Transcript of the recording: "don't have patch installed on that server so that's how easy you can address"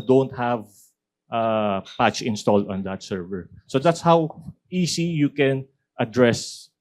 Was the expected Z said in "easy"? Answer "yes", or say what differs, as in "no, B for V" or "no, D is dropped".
no, S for Z